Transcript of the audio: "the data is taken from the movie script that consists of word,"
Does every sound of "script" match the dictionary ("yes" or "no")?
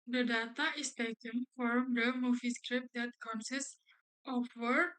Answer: yes